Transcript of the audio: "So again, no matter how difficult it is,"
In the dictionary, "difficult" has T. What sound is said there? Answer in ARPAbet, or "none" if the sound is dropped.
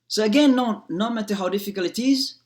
none